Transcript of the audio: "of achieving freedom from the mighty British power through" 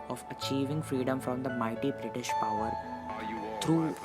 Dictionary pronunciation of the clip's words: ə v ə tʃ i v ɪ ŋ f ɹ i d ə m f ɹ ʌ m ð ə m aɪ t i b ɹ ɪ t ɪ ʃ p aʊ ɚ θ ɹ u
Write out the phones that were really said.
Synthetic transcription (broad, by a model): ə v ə tʃ i v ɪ ŋ f ɹ i d ə m f ɹ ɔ m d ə m aɪ t i b ɹ ɪ t ɪ ʃ p aʊ ɚ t ɹ u